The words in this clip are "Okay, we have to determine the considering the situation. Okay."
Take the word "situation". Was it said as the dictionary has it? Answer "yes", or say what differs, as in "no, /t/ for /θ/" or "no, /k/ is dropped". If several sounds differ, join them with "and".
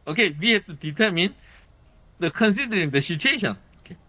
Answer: no, /ʃ/ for /s/